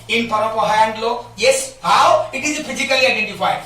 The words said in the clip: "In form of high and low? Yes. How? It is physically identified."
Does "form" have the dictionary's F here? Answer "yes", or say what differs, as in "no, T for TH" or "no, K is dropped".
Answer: no, P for F